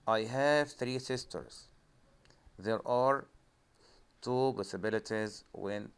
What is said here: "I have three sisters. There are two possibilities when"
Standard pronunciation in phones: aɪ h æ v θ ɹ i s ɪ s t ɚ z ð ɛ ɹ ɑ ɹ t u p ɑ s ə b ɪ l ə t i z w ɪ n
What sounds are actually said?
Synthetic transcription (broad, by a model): aɪ h æ v θ ɹ i s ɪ s t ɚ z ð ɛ ɹ ɑ ɹ t u b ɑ s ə b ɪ l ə t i z w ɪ n